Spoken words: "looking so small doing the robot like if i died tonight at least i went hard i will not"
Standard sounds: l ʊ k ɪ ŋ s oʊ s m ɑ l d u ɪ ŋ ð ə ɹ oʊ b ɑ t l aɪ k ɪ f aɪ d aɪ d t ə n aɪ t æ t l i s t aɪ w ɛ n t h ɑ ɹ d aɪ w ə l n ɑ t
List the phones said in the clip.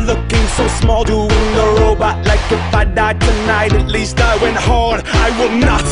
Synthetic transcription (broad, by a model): l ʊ k ɪ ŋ s oʊ s m ɑ l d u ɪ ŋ ð ə ɹ oʊ b ɑ t l aɪ k ɪ f aɪ d aɪ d t ə n aɪ t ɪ t l i s t aɪ w ɛ n t h ɑ ɹ d aɪ w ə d n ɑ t